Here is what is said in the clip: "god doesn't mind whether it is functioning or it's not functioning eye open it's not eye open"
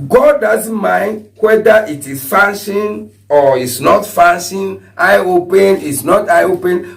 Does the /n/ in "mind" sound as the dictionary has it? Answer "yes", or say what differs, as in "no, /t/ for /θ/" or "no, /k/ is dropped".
yes